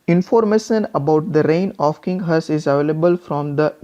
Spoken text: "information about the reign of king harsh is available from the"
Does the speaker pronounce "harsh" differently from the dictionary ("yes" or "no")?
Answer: yes